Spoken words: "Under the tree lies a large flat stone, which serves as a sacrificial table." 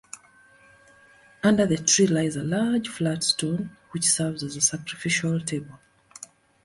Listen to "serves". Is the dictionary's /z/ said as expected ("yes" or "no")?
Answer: yes